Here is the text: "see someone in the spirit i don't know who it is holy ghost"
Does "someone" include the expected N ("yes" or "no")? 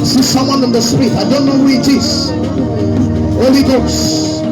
yes